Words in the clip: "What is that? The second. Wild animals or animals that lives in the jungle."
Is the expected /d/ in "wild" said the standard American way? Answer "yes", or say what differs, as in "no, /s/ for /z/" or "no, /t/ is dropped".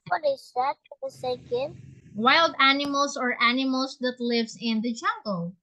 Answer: yes